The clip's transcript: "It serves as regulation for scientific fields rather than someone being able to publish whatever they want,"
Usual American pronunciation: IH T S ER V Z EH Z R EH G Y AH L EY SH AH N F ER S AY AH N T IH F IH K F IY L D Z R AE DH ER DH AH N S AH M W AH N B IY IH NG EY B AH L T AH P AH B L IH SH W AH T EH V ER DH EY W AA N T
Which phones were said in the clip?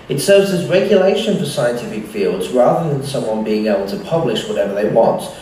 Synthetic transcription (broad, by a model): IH T S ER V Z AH Z R EH G Y AH L EY SH AH N F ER S AY AH N T IH F IH K F IY L D Z R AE DH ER DH AH N S AH M W AH N B IY IH NG EY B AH L T AH P AH B L IH SH W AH T EH V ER DH EY W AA N T